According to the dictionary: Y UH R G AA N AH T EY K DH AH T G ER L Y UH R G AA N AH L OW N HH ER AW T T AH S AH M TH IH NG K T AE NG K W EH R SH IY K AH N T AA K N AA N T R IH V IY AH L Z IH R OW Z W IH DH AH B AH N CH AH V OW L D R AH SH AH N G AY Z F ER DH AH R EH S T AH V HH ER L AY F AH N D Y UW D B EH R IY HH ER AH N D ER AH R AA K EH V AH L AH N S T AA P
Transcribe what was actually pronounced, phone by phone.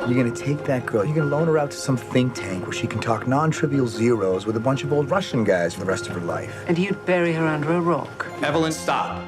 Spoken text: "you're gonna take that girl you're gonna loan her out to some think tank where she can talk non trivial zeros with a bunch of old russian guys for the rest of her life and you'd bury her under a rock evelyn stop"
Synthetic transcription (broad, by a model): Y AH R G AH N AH T EY K DH AH T G ER L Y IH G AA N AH L OW N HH ER AW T T AH S AH M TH IH NG K T AE NG K W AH R SH IY K N T AA K N AA N T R IH V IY L Z IH R OW Z W IH DH AH B AH N CH AH V OW L D R AH SH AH N G AY Z F ER DH AH R EH S T AH V ER L AY F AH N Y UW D B EH R IY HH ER AH N D ER AH R AA K EH V AH L AH N S T AA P